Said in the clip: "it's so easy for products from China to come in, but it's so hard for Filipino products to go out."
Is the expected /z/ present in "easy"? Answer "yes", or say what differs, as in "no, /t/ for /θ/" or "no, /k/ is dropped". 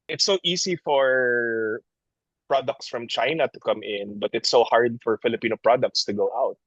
no, /s/ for /z/